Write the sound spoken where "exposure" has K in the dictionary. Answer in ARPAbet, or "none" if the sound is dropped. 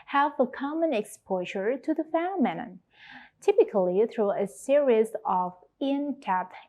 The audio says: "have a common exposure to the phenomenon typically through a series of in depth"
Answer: K